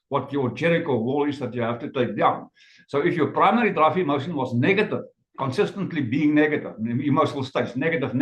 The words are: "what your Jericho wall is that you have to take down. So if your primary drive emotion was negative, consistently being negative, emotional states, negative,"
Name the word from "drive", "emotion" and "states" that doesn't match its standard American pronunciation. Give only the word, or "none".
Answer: drive